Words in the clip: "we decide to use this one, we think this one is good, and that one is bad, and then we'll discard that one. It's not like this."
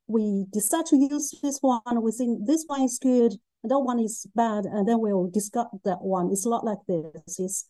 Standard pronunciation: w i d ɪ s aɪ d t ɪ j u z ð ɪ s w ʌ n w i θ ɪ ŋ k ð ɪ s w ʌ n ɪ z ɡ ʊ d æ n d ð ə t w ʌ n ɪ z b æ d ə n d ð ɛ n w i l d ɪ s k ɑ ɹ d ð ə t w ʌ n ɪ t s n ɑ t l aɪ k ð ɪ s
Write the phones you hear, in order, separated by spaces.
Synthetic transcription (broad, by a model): w i d ɪ s aɪ d t ɪ j u z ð ɪ s w ʌ n w i s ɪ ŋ ð ɪ s w ʌ n ɪ z ɡ ʊ d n ð ə t w ʌ n ɪ z b æ d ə n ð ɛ n w i l d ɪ s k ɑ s ð ə t w ʌ n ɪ t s l ɑ t l aɪ k ð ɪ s